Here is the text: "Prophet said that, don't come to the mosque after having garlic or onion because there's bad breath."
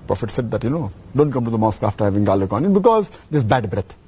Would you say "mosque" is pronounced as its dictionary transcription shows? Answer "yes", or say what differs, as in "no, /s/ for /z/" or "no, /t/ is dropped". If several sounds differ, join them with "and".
yes